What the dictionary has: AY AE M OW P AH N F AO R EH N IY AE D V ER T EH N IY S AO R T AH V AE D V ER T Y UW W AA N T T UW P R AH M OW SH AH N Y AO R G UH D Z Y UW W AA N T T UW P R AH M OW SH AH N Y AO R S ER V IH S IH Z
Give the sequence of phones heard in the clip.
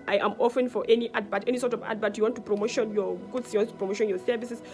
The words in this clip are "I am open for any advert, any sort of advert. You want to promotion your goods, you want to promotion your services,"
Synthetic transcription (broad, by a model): AY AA M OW F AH N F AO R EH N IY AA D B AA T EH N IY S AO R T AH V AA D B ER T Y UW W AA N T T UW P R AH M OW SH AH N Y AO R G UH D S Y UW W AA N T T UW P R AH M OW SH AH N Y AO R S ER V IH S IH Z